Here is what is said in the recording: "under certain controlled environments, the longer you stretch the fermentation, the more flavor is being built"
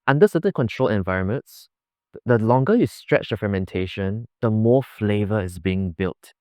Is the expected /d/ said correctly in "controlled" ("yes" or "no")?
no